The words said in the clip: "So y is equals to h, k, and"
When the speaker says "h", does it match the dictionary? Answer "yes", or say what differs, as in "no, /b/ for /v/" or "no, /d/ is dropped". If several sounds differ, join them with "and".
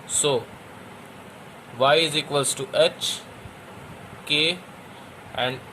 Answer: yes